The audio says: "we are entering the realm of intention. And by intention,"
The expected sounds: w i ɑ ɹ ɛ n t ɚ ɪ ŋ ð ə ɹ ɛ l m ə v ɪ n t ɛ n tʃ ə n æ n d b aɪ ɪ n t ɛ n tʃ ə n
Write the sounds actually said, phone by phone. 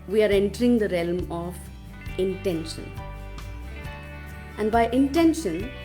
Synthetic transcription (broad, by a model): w i ɑ ɹ ɛ n t ɚ ɪ ŋ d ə ɹ ɛ l m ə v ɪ n t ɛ n ʃ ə n æ n d b aɪ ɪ n t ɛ n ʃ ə n